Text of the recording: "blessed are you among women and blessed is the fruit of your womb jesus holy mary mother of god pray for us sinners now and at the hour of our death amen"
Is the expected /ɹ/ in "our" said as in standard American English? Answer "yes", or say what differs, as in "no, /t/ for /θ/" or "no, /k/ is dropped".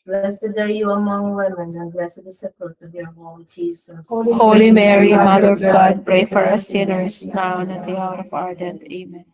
yes